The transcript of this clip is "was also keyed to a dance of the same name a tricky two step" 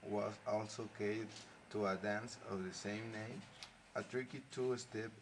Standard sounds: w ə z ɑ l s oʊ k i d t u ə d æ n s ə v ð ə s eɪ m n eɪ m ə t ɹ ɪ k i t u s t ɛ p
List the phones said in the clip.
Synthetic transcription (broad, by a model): w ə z ɑ l s oʊ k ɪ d t u ə d æ n s ə v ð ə s eɪ m n eɪ m ə t ɹ ɪ k i t u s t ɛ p